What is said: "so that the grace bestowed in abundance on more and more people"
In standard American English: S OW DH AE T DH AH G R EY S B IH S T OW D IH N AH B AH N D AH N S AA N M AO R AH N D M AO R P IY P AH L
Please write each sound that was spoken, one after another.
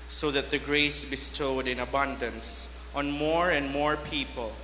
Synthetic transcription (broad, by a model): S OW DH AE T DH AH G R EY S B IH S T OW D IH N AH B AH N D AH N S AA N M AO R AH N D M AO R P IY P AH L